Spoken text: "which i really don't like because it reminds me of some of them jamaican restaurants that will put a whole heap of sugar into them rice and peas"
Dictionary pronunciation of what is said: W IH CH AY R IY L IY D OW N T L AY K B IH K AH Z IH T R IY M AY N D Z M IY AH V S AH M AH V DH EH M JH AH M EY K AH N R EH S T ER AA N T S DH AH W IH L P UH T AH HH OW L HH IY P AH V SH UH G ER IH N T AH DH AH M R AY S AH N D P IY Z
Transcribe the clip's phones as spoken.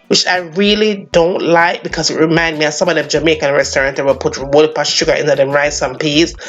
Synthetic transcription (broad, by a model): W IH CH AY R IY L IY D OW N T L AY K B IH K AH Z IH T R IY M AY N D M IY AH S AH M AH V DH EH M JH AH M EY K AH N R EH S T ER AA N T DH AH W IH L P UH T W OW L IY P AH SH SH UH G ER IH N T AH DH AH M R AY S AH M P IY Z